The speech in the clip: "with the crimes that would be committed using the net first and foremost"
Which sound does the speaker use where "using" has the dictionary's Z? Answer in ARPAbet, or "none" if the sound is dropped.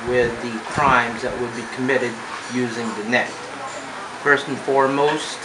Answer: Z